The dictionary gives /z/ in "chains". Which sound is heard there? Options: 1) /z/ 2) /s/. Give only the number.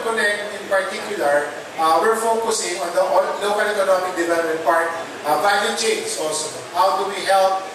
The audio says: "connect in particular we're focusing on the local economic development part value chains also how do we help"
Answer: 2